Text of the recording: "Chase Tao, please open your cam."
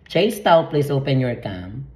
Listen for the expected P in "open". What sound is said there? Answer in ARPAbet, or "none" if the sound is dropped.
P